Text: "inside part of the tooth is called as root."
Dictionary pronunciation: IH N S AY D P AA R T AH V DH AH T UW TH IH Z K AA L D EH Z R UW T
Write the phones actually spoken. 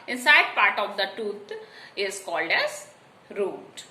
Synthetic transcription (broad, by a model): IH N S AY D P AA R T AH V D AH T UW T IH Z K AA L D EH Z R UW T